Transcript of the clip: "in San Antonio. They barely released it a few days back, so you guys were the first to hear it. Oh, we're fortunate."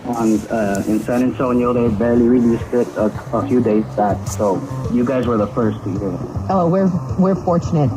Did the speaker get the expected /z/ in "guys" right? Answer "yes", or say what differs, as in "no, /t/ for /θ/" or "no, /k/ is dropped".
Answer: yes